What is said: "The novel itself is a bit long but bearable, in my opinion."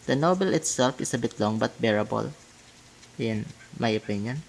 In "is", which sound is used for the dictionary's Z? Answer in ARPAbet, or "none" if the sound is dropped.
S